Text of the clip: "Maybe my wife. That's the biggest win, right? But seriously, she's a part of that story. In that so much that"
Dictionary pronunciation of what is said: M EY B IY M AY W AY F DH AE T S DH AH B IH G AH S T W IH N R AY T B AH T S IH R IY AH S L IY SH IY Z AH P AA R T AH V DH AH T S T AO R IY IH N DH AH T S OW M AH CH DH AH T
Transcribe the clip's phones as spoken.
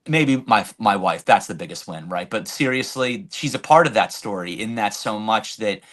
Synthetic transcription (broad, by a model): M EY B IY M AY W AY F DH AE T S DH AH B IH G AH S T W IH N R AY T B AH T S IH R IY AH S L IY SH IY Z AH P AA R T AH V DH AH T S T AO R IY IH N DH AH T S OW M AH CH DH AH T